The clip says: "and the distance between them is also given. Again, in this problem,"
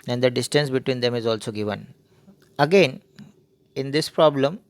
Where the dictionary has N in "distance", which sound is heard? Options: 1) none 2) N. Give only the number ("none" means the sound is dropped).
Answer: 2